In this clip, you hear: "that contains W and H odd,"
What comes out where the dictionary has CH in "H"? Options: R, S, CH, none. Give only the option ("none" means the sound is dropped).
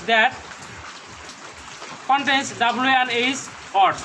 S